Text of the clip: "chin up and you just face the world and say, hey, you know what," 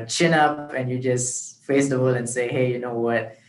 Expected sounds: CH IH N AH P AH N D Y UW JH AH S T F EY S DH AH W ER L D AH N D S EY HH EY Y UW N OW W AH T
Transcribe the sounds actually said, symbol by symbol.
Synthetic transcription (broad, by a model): CH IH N AH P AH N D Y UW JH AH S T F EY S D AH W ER L AH N S EY HH EY Y UW N OW W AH T